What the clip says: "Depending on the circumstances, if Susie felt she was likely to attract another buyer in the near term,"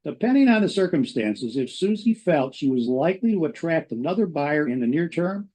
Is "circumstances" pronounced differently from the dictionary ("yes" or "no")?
no